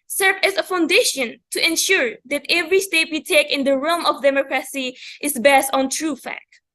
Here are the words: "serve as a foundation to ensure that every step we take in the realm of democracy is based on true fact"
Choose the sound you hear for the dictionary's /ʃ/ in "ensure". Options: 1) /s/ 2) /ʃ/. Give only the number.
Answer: 2